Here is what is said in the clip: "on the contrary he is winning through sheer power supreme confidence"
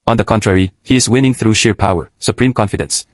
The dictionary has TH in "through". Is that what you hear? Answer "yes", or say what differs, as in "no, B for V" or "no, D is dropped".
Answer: yes